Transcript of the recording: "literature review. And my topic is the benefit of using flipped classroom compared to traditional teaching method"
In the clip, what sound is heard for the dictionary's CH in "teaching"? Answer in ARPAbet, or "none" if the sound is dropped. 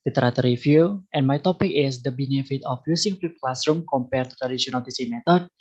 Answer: S